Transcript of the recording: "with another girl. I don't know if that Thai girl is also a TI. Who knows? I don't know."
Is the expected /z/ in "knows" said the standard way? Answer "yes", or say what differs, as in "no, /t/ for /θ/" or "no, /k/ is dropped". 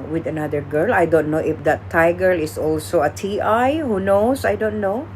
no, /s/ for /z/